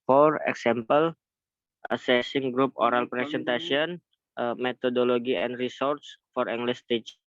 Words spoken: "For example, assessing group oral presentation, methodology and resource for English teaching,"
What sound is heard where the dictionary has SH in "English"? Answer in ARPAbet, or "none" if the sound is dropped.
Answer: S